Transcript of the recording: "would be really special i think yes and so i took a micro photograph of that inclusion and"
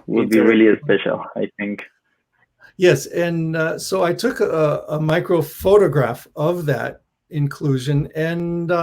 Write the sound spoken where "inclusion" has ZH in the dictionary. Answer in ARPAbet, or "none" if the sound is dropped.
ZH